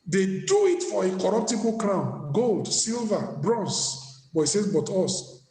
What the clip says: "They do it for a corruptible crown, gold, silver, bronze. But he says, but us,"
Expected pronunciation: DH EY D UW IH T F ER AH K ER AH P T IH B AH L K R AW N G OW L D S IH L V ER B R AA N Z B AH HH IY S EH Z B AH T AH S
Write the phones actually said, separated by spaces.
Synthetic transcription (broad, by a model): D EY D UW IH T F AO AH K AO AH P T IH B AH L K R AW N G OW L D S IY L V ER B R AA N S B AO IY S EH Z B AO T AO S